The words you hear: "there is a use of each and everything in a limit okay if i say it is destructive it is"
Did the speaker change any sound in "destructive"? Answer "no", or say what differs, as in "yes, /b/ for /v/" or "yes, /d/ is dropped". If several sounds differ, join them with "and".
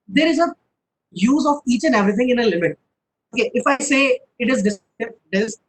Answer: yes, /k/ is dropped